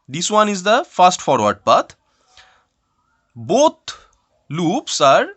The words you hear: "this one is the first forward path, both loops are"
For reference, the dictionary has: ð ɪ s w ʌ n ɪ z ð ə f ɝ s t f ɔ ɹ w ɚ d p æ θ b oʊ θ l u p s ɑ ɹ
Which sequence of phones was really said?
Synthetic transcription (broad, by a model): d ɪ s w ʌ n ɪ z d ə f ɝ s t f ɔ ɹ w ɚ d p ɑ t b oʊ t l u p s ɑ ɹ